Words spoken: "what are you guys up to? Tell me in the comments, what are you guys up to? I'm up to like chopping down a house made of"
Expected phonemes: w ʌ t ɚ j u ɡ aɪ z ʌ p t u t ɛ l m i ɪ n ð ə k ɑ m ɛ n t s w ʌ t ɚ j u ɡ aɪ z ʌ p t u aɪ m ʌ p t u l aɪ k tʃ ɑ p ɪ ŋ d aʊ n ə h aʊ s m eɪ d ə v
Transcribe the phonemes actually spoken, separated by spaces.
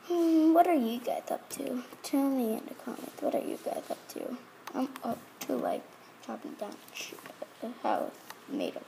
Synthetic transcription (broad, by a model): w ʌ t ɚ j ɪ ɡ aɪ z ʌ p t u t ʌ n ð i ɪ n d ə k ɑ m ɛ n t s w ʌ t ɚ j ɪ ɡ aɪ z ʌ p t u aɪ m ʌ t u l aɪ k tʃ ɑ p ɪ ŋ d aʊ n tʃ h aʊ θ m eɪ d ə